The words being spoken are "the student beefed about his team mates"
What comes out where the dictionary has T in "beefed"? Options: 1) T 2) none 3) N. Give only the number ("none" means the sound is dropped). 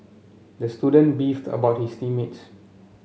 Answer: 1